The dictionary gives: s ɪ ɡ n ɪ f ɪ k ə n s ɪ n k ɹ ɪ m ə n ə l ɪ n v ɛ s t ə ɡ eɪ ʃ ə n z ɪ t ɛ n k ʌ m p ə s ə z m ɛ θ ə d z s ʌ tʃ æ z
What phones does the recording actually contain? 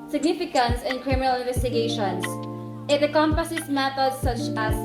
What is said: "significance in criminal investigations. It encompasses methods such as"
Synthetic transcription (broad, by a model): s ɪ ɡ n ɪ f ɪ k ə n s ɪ n k ɹ ɪ m ə n ə l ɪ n v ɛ s t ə ɡ eɪ ʃ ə n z ɪ t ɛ k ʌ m p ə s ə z m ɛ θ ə d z s ʌ tʃ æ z